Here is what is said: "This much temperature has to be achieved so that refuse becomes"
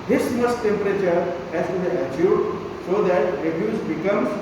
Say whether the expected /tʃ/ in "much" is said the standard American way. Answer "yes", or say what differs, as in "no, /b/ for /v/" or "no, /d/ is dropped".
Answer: no, /s/ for /tʃ/